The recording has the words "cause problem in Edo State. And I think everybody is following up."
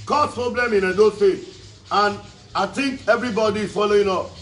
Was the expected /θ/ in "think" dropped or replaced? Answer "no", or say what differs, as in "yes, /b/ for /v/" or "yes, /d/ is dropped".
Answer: yes, /t/ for /θ/